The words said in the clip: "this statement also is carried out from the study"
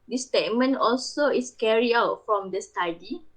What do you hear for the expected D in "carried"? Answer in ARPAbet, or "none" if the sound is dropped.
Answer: none